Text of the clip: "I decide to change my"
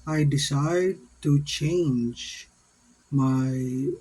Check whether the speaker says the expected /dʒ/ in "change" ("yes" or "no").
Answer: yes